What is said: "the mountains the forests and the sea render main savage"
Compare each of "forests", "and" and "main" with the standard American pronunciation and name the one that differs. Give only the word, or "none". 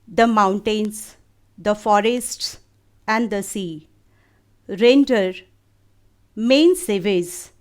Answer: none